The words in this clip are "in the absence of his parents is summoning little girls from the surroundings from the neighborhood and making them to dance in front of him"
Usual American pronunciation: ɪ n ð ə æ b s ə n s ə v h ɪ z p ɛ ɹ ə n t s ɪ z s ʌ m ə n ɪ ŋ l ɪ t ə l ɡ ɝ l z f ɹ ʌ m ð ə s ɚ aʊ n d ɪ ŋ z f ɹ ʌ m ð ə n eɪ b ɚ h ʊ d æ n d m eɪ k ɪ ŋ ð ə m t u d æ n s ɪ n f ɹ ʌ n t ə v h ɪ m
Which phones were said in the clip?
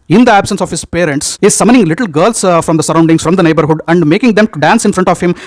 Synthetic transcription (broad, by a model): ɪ n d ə æ b s ə n s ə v h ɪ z p ɛ ɹ ə n t s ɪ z s ʌ m ə n ɪ ŋ l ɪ t l ɡ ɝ l s f ɹ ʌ m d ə s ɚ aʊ n d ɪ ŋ s f ɹ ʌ m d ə n eɪ b ɚ h ʊ d æ n d m eɪ k ɪ ŋ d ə m t u d æ n s ɪ n f ɹ ʌ n t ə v h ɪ m